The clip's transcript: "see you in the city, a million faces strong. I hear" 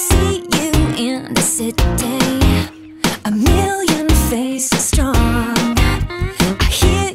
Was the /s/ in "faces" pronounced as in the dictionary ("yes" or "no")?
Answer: no